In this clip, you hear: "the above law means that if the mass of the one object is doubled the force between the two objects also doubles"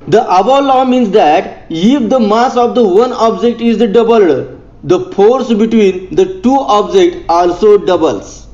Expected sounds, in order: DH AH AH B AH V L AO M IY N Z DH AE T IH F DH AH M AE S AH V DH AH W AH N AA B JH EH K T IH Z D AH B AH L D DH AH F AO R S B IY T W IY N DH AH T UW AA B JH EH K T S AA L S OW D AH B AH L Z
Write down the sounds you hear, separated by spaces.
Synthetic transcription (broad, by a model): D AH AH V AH L AO M IY N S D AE T IH F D AH M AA S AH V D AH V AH N AA B JH EH K T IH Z D AH B AH L D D AH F AO R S B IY T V IY N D AH T UW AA B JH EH K T AA L S OW D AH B AH L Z